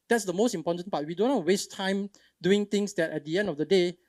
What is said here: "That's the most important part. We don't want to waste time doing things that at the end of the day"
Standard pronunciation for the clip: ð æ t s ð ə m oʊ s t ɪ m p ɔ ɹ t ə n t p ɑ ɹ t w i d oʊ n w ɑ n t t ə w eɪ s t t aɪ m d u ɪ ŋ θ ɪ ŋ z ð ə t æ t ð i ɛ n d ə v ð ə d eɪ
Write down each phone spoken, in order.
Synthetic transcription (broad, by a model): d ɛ t s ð ə m oʊ s t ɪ m p ɔ t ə n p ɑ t w i d oʊ n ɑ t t w eɪ s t t aɪ m d u ɪ ŋ t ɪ ŋ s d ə t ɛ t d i ɛ n d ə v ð ə d eɪ